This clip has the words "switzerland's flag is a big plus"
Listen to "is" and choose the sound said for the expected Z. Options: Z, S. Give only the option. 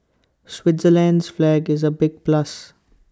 Z